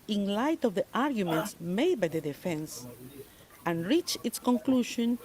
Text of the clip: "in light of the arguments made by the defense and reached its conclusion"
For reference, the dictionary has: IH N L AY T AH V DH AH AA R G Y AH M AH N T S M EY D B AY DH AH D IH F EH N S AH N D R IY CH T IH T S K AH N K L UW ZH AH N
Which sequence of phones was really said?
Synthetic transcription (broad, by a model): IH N L AY T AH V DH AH AA R G Y AH M AH N T S M EY D B AY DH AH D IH F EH N S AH N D R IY CH IH T S K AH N K L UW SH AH N